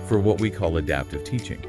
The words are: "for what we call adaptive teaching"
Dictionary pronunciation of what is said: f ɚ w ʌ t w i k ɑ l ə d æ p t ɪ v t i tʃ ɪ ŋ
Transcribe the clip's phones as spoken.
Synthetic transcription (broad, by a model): f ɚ w ʌ t w i k ɑ l ə d æ p t ɪ v t i tʃ ɪ ŋ